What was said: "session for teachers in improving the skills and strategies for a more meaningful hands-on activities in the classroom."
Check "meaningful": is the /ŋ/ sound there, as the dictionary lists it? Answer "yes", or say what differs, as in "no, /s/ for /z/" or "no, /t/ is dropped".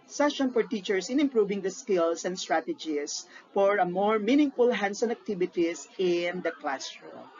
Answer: yes